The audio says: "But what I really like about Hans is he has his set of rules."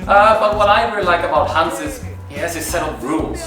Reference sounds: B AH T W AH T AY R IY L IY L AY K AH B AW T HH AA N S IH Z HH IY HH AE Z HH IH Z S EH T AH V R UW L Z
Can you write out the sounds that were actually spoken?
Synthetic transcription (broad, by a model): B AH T W AH T AY R IY L IY L AY K AH B AW T HH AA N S IH Z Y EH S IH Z S EH T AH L R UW L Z